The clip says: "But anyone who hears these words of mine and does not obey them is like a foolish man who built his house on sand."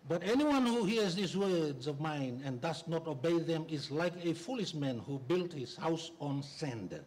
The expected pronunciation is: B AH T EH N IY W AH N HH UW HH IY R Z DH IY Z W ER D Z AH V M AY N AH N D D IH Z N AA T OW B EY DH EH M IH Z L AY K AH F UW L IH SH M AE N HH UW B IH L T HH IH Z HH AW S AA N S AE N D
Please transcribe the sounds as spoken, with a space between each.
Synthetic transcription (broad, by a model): B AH T EH N IY W AH N HH UW HH IY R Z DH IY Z W ER D Z AH V M AY N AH N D D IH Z N AA T OW B EY DH EH M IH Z L AY K AH F UW L IH SH M AE N HH UW B IH L T HH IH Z HH AW S AA N S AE N D